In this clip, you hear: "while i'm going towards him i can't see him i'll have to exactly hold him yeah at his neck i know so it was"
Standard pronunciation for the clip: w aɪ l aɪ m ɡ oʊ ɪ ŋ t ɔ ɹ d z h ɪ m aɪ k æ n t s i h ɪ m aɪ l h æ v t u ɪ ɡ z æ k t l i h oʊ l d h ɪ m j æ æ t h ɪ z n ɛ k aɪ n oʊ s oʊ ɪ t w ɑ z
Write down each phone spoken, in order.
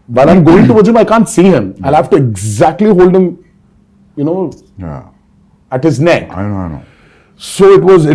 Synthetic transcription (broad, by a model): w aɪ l aɪ m ɡ oʊ ɪ ŋ t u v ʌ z h ɪ m aɪ k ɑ n t s i h ɪ m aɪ h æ f t u ɪ ɡ z æ k t l i h oʊ l d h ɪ m j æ æ t h ɪ z n ɛ k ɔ n oʊ s oʊ ɪ t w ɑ z